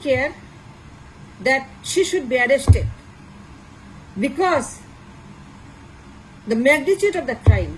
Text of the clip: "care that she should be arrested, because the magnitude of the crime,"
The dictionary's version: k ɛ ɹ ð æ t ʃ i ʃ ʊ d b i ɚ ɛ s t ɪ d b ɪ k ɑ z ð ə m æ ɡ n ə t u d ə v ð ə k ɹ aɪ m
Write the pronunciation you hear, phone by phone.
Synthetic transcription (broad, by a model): k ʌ ɹ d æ t ʃ i ʃ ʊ d b i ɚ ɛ s t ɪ d b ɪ k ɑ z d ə m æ ɡ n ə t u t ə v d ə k ɹ aɪ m